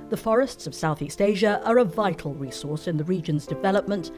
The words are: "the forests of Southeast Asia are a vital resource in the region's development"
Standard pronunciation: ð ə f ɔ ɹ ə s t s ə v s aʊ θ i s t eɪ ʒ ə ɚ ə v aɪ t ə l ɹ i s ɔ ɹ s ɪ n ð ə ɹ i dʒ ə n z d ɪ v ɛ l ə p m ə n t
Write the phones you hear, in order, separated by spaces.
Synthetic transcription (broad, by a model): ð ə f ɔ ɹ ə s t s ə v s aʊ θ i s t eɪ ʒ ə ɚ ə v aɪ t l ɹ i s ɔ ɹ s ɪ n ð ə ɹ i dʒ ə n z d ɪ v ɛ l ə p m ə n t